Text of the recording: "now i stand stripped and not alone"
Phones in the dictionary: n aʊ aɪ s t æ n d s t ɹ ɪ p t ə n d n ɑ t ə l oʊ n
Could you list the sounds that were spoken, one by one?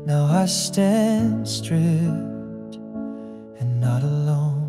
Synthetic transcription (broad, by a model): n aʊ aɪ s t æ n d s t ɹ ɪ t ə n n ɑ t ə l oʊ n